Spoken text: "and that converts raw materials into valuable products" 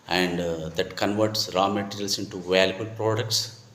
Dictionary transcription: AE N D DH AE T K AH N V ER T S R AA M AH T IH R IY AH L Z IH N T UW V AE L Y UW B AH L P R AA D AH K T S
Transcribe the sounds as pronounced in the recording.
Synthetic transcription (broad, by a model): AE N D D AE T K AH N V ER T S R AA M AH T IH R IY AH L S IH N T UW V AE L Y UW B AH L P R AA D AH K T S